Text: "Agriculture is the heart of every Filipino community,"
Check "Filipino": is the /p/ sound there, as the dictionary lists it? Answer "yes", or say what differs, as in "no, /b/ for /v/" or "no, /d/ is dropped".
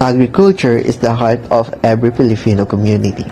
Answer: no, /f/ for /p/